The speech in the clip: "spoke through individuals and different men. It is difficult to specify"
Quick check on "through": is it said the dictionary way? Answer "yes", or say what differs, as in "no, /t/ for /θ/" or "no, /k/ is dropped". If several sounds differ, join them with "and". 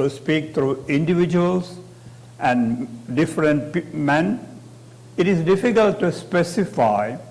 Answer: no, /t/ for /θ/